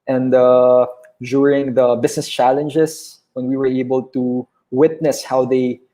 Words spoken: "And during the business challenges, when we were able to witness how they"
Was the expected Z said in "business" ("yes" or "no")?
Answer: no